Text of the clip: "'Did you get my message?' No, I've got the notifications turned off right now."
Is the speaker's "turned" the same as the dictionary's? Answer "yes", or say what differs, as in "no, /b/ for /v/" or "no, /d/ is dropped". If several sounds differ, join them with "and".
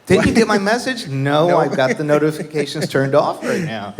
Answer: yes